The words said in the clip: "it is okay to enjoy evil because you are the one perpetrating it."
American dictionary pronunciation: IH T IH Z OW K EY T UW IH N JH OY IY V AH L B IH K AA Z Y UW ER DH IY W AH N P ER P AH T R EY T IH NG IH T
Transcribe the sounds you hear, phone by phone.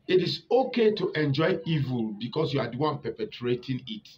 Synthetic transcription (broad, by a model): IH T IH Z OW K EY T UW IH N JH OY IY V AH L B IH K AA S Y UW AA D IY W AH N P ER P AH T R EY T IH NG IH T